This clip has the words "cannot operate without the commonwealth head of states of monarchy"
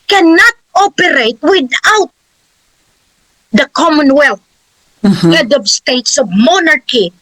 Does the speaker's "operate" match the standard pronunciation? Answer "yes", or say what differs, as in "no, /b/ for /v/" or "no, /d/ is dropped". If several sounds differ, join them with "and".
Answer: yes